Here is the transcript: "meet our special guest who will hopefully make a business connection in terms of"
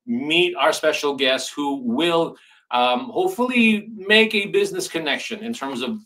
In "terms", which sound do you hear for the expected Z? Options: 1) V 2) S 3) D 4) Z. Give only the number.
4